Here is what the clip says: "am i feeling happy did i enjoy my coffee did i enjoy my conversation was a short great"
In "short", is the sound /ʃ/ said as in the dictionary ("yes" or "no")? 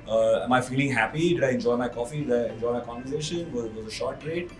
yes